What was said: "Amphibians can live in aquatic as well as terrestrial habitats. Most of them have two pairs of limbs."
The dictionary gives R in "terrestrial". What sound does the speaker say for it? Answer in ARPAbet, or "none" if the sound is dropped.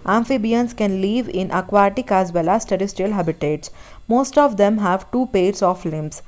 none